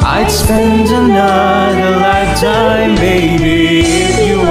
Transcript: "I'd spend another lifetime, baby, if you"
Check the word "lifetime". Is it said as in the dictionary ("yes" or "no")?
no